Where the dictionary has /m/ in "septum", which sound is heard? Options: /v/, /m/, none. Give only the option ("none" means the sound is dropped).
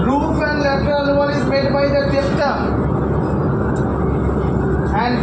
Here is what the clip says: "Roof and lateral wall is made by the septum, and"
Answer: none